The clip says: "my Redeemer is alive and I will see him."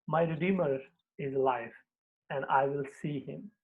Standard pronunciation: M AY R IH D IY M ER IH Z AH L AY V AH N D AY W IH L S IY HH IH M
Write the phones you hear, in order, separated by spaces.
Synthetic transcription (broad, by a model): M AY R IH D IY M ER IH Z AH L AY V AH N D AY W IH L S IY HH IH M